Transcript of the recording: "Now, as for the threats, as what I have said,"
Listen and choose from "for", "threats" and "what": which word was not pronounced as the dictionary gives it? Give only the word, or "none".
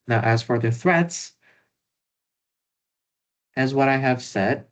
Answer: none